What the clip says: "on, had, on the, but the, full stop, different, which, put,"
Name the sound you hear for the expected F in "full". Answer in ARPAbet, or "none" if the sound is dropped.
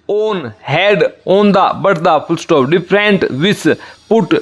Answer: P